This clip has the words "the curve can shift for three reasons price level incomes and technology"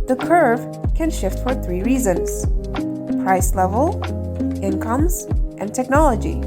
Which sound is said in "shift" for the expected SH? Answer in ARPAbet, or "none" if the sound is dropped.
SH